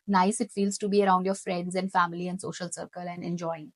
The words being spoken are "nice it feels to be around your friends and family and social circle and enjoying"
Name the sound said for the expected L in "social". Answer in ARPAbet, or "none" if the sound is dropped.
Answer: L